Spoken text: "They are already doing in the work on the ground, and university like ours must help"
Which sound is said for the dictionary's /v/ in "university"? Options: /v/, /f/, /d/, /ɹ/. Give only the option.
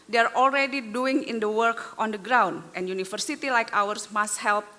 /f/